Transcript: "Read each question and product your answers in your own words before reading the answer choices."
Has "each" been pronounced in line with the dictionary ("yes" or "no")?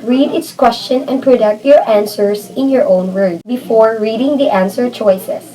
no